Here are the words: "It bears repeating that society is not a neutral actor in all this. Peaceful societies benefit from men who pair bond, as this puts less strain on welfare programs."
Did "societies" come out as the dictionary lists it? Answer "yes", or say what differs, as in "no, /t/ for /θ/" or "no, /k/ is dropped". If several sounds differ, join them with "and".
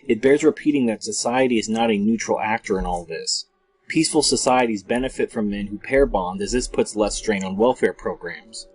yes